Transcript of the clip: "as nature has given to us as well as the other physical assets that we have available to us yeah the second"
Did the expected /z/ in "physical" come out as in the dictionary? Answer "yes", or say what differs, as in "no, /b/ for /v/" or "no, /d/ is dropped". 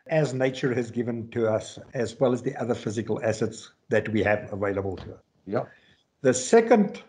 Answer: yes